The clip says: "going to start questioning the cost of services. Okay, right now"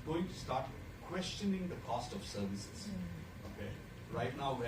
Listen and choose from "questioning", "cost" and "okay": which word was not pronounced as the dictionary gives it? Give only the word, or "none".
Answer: none